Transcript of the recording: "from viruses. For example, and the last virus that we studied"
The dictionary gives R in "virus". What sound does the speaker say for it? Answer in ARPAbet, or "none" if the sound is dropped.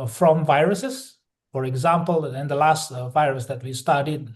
R